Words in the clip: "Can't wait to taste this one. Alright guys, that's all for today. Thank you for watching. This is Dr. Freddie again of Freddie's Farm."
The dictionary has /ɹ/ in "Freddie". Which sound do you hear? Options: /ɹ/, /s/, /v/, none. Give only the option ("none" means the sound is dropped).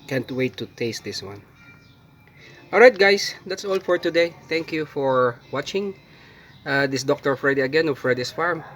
/ɹ/